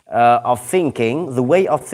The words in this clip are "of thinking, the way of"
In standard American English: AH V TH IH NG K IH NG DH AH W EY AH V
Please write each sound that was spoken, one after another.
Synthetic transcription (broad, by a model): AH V TH IH NG K IH NG DH AH W EY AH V